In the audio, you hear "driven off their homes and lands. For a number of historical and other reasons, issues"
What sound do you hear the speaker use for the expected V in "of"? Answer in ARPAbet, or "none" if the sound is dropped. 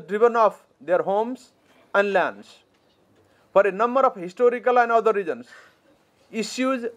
P